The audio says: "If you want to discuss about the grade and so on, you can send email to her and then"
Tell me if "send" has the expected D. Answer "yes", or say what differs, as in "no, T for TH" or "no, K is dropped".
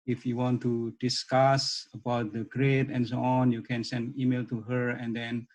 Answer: yes